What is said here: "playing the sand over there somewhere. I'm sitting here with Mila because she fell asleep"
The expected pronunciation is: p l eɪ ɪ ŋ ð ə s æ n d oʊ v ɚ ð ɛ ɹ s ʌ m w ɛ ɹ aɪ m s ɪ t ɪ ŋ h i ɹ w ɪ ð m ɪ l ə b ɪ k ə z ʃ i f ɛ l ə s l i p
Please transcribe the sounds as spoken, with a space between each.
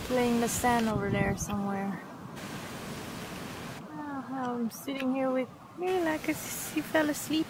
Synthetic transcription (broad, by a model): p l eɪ ɪ ŋ ð ə s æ n oʊ v ɚ ð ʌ ɹ s ʌ m w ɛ ɹ aɪ m s ɪ t ɪ ŋ h i ɹ w ɪ ð m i l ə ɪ k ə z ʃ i f ɛ l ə s l i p